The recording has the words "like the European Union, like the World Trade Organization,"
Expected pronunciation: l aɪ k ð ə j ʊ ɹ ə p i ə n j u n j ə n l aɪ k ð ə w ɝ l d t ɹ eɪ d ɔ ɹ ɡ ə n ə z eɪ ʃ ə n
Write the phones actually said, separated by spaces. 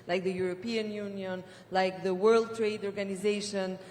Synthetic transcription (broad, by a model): l aɪ k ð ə j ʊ ɹ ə p i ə n j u n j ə n l aɪ k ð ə w ɝ l d t ɹ eɪ d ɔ ɹ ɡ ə n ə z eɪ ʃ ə n